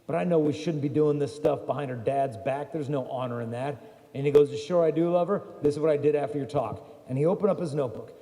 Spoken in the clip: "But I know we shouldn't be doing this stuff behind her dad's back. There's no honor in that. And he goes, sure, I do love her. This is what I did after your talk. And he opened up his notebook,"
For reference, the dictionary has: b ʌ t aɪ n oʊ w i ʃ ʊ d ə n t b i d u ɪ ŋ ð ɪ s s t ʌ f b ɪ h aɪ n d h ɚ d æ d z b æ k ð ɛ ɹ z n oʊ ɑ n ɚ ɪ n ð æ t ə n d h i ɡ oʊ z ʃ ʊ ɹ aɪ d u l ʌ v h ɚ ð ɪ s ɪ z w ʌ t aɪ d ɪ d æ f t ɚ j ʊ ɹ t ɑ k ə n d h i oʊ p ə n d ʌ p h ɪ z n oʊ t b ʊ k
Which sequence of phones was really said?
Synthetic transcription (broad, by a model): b ʌ t aɪ n oʊ w i ʃ ʊ d n b i d u ɪ ŋ ð ɪ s s t ʌ f b ɪ h aɪ n d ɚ d æ d z b æ k ð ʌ ɹ z n oʊ ɑ n ɚ ɪ n ð æ t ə n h i ɡ oʊ z ʃ ʊ ɹ aɪ d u l ʌ v ɚ ð ɪ s ɪ z w ʌ t aɪ d ɪ d æ f t ɚ j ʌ ɹ t ɑ k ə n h i oʊ p ə n d ʌ p h ɪ z n oʊ t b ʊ k